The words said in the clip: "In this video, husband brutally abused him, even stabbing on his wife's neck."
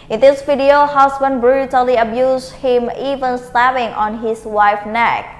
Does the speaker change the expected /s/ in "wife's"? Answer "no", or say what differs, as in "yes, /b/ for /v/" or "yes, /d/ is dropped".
yes, /s/ is dropped